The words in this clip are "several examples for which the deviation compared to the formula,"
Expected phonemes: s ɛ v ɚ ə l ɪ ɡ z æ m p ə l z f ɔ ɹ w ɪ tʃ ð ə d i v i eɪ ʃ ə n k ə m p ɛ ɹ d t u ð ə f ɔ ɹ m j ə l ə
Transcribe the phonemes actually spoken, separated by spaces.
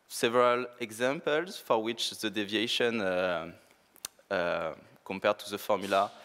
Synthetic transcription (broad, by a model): s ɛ v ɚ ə l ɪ ɡ z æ m p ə l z f ɔ ɹ w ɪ tʃ ð ə d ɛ v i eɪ ʃ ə n k ə m p ɛ ɹ d t u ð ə f ɔ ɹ m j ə l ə